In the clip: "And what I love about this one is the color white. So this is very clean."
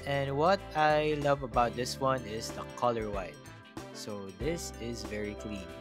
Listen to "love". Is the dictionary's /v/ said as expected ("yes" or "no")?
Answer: yes